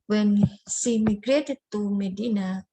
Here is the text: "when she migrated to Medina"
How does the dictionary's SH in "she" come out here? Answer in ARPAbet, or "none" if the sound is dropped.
S